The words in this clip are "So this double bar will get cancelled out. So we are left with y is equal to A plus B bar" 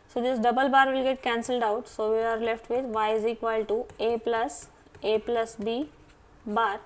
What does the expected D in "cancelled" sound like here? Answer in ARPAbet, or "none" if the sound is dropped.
D